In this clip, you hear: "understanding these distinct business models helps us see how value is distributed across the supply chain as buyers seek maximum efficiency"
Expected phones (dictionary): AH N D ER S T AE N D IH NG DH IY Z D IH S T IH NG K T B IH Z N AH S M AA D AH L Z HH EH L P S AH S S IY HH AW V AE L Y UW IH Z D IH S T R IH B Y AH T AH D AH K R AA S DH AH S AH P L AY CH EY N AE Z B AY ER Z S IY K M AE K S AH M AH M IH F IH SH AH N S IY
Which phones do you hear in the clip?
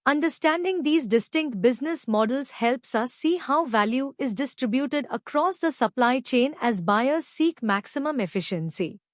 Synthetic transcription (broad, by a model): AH N D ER S T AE N D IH NG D IY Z D IH S T IH NG K T B IH Z N AH S M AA D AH L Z HH EH L P S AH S S IY HH AW V AE L Y UW IH Z D IH S T R IH B Y AH T AH D AH K R AA S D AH S AH P L AY CH EY N AE Z B AY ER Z S IY K M AE K S AH M AH M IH F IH SH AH N S IY